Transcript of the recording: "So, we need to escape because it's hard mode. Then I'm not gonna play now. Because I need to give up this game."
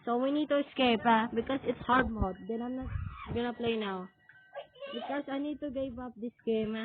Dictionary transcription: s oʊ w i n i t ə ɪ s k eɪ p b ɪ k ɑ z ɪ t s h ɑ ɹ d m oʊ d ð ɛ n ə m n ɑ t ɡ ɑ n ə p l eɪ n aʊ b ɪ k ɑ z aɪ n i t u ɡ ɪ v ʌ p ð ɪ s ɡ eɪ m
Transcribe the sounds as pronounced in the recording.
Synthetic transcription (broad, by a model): s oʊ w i n i t ə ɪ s k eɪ p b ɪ k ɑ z ɪ t s h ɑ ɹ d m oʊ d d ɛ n ə m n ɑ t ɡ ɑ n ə p l eɪ n aʊ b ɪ k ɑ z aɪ n i t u ɡ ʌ b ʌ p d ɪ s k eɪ m